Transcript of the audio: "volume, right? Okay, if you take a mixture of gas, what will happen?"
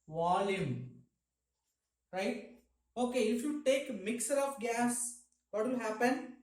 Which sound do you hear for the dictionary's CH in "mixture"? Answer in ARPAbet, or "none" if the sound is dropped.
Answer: none